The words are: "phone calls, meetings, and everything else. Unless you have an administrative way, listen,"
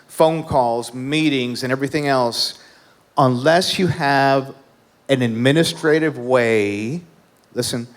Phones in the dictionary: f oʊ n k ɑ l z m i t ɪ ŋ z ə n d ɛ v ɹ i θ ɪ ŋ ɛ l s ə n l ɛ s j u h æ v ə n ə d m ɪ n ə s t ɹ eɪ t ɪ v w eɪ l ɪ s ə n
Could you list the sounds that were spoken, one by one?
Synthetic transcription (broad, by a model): f oʊ n k ɑ l z m i t ɪ ŋ z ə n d ɛ v ɹ i θ ɪ ŋ ɛ l s ə n l ɛ s j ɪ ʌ v ə n ə d m ɪ n ə s t ɹ eɪ t ɪ v w eɪ l ɪ s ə n